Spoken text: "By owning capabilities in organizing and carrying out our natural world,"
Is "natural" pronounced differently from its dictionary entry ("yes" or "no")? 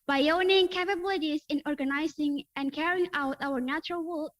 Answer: no